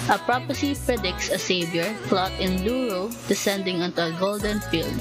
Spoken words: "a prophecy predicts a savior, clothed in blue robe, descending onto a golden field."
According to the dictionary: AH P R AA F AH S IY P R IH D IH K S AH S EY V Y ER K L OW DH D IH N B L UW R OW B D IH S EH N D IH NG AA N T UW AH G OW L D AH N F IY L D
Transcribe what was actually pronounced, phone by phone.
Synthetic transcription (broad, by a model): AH P R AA P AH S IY P R IH D IH K S AH S EY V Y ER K L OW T IH N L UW R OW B D IH S EH N D IH NG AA N T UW AH G OW L D AH N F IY L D